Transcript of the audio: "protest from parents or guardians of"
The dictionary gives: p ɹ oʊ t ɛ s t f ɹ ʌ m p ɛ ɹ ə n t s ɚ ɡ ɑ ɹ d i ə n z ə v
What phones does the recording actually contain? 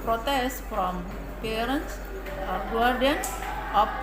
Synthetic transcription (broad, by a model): p ɹ oʊ t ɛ s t f ɹ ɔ m p ɛ ɹ ə n t s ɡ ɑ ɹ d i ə n s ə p